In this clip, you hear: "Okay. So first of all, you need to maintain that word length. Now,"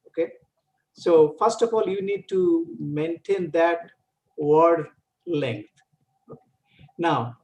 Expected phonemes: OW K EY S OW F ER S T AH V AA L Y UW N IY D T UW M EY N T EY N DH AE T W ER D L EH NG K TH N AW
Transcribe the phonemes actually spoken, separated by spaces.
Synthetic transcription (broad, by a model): OW K EY S OW F ER S T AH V AA L Y UW N IY D T UW M EY N T EY N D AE T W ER D L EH NG K T N AW